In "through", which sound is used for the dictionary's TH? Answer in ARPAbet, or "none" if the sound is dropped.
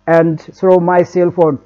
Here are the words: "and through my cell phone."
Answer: S